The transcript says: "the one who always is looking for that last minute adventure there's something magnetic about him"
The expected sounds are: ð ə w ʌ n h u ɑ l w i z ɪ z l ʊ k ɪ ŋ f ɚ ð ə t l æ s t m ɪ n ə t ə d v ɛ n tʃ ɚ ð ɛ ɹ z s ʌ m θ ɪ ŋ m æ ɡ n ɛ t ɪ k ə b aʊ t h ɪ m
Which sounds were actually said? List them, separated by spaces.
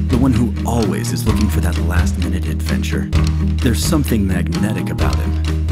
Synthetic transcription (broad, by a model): ð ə w ʌ n h u ɑ l w i z ɪ z l ʊ k ɪ ŋ f ɚ ð ə t l æ s t m ɪ n ə t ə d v ɛ n tʃ ɚ ð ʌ ɹ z s ʌ m θ ɪ ŋ m æ ɡ n ɛ t ɪ k ə b aʊ t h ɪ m